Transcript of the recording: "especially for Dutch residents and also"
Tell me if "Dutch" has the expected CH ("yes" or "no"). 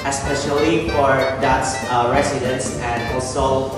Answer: no